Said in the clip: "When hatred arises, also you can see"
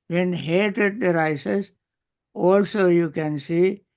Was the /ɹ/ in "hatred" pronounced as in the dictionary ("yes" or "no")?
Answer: no